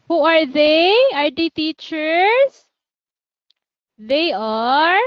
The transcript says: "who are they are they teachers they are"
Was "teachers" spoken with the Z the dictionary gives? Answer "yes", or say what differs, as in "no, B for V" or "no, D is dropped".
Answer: no, S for Z